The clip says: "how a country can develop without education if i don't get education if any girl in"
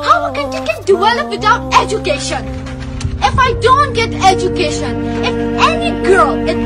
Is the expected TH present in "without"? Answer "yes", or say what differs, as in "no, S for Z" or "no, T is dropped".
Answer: no, T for TH